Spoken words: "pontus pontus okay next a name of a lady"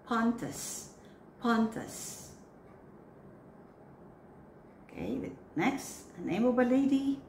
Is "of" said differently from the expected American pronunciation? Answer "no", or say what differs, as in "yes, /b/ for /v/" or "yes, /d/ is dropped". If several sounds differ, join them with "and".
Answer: yes, /b/ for /v/